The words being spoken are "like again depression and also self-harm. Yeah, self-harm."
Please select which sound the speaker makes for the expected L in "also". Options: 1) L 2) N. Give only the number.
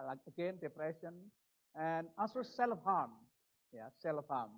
2